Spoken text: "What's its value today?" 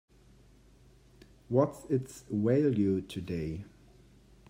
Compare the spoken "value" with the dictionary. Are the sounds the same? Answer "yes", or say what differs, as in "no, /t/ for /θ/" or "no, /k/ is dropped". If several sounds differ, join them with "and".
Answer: no, /w/ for /v/